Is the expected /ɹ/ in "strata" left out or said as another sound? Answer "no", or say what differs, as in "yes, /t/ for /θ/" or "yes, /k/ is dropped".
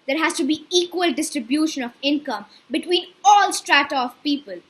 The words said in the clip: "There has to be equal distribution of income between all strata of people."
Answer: no